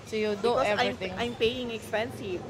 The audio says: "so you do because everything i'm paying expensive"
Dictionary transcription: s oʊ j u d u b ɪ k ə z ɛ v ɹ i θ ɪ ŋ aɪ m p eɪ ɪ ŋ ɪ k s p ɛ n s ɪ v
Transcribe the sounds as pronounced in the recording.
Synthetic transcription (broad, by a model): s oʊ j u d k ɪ ə ɑ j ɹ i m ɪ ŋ aɪ m p eɪ ɪ ŋ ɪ k s p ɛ n s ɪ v